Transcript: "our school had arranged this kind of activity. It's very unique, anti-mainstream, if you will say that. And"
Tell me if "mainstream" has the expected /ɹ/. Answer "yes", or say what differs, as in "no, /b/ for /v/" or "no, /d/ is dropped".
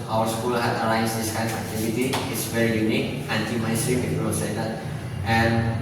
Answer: no, /ɹ/ is dropped